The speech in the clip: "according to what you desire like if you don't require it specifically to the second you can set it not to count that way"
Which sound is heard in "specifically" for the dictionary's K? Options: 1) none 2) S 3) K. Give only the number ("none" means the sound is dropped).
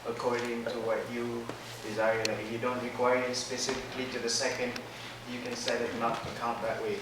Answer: 3